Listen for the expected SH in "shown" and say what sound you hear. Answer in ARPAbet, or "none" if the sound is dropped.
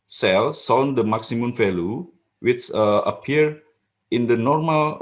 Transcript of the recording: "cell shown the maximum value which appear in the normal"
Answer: S